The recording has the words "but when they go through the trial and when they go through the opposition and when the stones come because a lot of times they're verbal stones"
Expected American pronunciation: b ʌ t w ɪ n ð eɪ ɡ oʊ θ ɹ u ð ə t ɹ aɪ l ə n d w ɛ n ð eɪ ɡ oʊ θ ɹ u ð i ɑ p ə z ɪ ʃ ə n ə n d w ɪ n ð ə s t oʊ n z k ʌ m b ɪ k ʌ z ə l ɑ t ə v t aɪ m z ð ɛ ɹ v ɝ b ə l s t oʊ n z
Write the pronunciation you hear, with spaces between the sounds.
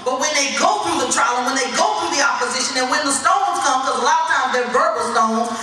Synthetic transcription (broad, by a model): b ʌ t w ɪ n ð eɪ ɡ oʊ θ ɹ u ð ə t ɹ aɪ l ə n w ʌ n ð eɪ ɡ oʊ θ ɹ u ð i ɑ p ə z ɪ ʃ ə n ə n w ɪ n ð ə s t oʊ n z k ʌ m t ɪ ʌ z ə l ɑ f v t aɪ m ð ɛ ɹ b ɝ ə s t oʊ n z